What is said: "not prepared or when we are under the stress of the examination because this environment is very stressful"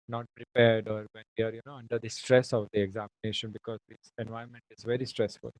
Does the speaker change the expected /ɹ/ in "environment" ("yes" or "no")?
yes